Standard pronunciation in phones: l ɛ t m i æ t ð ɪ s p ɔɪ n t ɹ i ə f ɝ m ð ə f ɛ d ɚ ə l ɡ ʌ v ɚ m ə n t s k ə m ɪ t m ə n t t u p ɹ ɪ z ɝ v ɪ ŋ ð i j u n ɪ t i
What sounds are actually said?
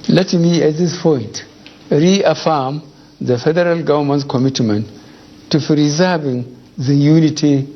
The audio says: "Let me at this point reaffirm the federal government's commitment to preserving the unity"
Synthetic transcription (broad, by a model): l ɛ t m i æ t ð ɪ s p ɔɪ n t ɹ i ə f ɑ m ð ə f ɛ d ɚ ə l ɡ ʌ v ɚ m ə n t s k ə m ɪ t m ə n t t u f ɹ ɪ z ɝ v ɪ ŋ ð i j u n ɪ t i